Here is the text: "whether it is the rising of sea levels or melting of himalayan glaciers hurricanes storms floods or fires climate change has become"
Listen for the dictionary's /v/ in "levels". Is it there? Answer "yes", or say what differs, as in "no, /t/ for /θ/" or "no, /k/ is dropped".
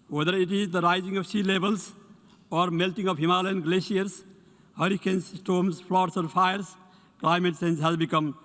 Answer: no, /b/ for /v/